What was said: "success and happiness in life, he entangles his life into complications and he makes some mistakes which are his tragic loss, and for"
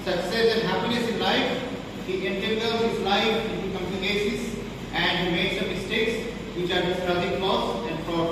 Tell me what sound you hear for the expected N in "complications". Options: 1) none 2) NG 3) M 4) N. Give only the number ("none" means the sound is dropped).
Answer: 1